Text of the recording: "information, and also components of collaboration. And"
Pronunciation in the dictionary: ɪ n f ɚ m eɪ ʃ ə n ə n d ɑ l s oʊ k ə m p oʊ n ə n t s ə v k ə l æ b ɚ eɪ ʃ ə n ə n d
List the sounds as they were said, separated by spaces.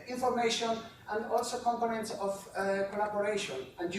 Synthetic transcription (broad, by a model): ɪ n f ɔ m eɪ ʃ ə n ə n d ɑ l s oʊ k ə m p oʊ n ə n t s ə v k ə l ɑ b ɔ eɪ ʃ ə n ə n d